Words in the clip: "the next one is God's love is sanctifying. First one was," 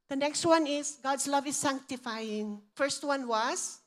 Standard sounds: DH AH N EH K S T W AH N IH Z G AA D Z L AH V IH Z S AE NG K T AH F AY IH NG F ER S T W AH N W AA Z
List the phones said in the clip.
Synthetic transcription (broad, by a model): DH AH N EH K S T W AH N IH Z G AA D S L AH V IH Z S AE NG K T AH F AY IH NG F ER S T W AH N W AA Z